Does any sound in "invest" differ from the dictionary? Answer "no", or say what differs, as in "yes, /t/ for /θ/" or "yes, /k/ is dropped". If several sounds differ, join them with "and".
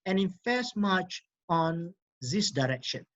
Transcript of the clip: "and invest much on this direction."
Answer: yes, /f/ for /v/